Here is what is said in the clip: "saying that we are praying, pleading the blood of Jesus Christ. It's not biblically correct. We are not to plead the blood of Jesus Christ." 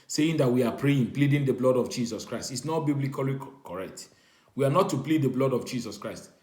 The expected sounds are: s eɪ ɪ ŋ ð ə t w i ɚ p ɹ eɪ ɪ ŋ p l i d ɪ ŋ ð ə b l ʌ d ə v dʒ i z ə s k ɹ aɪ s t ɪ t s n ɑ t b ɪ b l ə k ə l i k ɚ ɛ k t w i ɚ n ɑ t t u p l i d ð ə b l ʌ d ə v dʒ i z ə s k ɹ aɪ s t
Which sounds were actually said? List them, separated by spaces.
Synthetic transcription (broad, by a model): s eɪ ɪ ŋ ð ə t w i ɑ p ɹ eɪ ɪ ŋ p l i d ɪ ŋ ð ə b l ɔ d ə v dʒ i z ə s k ɹ aɪ s t ɪ t s n ɑ t b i b l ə k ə l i k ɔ ɛ k t w i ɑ n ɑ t t u p l i d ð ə b l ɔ d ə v dʒ i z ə s k ɹ aɪ s t